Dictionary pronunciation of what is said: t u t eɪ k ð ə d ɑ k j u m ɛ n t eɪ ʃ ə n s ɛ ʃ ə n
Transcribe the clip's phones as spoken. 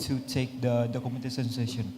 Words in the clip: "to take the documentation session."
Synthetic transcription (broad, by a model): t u t eɪ k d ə d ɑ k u m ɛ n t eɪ s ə n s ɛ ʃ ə n